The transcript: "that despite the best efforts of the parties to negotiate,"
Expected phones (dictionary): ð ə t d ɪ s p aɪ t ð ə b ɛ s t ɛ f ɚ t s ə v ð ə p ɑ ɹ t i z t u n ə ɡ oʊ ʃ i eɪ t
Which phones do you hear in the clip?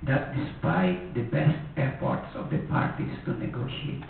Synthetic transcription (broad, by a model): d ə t d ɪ s p aɪ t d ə b ɛ s t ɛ p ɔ t s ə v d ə p ɑ ɹ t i s t u n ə ɡ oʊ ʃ i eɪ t